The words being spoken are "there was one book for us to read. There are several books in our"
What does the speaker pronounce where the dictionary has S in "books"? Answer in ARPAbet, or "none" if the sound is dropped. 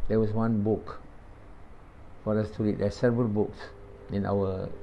S